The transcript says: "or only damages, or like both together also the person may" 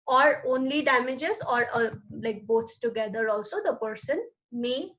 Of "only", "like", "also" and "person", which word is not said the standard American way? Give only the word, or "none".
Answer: none